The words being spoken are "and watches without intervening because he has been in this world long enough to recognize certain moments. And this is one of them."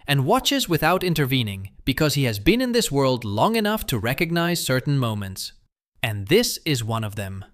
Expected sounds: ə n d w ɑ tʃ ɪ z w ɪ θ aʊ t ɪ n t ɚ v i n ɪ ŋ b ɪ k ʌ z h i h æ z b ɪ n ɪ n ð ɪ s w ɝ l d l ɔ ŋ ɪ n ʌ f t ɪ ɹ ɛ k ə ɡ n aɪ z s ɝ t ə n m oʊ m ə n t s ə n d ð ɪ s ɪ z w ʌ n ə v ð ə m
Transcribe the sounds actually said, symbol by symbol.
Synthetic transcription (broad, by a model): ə n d w ɑ tʃ ɪ z w ɪ θ aʊ t ɪ n t ɚ v i n ɪ ŋ b ɪ k ʌ z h i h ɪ z b ɪ n ɪ n ð ɪ s w ɝ l d l ɔ ŋ ɪ n ʌ f t ɪ ɹ ɛ k ə ɡ n aɪ z s ɝ t n m oʊ m ə n t s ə n ð ɪ s ɪ z w ʌ n ə v ð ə m